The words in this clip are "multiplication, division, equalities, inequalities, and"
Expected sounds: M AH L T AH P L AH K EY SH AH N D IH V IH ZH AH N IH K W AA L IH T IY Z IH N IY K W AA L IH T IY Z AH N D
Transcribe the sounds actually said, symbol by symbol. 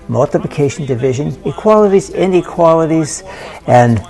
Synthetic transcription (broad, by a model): M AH L T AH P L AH K EY SH N D IH V IH ZH AH N IH K W AA L IH T IY Z IH N IY K W AA L IH T IY Z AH N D